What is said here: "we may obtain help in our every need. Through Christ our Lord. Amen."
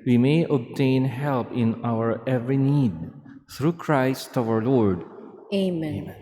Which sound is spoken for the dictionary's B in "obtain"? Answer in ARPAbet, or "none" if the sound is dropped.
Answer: B